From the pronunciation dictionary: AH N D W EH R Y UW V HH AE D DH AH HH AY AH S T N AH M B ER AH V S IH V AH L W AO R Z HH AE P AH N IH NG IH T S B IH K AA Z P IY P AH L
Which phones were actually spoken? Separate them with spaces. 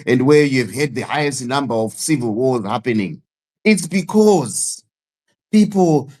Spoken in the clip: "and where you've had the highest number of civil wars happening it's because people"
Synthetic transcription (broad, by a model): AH N D W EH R Y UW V HH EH D DH AH HH AY AH S T N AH M B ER AH V S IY V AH L W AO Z HH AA P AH N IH NG IH T S B IH K AA Z P IY P L